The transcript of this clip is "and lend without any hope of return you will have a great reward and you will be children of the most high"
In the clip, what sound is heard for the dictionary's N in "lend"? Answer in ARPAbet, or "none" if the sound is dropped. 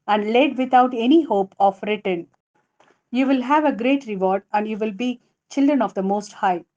none